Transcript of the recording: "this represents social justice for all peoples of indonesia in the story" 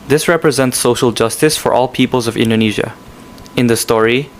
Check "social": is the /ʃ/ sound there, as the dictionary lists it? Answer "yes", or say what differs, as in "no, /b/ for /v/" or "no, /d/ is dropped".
yes